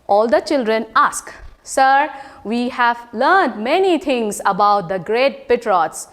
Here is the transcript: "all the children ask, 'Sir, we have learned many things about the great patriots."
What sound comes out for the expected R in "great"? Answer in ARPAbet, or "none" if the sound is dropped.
R